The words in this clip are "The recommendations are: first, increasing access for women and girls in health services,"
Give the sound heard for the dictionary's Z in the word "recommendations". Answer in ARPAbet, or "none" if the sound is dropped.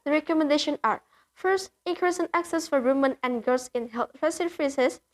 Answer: none